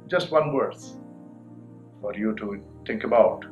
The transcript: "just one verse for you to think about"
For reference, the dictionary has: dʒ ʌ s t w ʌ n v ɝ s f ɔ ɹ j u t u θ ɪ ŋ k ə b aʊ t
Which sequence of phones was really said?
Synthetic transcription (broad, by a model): dʒ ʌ s t w ʌ n w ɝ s f ɔ ɹ j u t u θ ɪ ŋ k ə b aʊ t